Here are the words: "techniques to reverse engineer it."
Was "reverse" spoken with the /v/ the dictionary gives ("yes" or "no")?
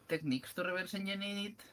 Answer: no